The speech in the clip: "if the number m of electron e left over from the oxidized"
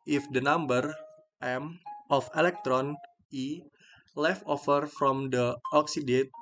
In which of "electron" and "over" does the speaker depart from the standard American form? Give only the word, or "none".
over